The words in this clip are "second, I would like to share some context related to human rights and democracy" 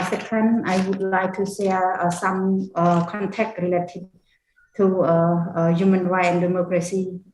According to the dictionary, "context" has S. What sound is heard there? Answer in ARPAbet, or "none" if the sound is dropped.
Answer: none